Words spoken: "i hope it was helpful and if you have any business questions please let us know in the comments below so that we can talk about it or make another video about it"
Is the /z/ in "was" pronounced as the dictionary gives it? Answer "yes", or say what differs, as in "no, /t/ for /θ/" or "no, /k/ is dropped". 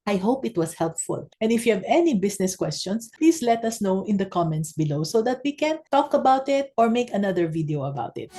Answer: no, /s/ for /z/